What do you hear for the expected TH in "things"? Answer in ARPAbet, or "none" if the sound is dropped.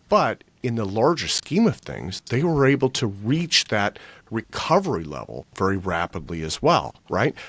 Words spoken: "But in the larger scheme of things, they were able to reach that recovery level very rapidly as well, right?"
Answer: TH